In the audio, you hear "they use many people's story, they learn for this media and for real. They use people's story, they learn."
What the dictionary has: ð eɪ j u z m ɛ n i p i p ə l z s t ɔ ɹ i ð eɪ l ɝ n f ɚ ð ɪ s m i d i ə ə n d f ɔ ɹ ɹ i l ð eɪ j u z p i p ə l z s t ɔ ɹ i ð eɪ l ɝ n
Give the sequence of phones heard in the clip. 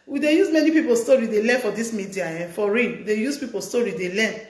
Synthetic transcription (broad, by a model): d eɪ j u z m ɛ n i p i p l s t ɔ ɹ i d eɪ l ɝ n f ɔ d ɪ s m i d i ə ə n f ɔ ɹ w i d eɪ j u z p i p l s t ɔ ɹ i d eɪ l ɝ n